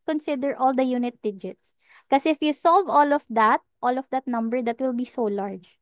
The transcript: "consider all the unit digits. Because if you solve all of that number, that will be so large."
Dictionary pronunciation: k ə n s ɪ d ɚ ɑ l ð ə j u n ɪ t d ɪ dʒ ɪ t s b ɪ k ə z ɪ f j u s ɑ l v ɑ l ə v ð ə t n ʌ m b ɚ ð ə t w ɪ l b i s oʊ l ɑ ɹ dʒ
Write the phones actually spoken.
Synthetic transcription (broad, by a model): k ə n s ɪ d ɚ ɑ l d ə j u n ɪ t d ɪ dʒ ɪ t s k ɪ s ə ɪ f j u s ɑ l v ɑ l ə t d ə t n ʌ m b ɚ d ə t w ɪ l b i s oʊ l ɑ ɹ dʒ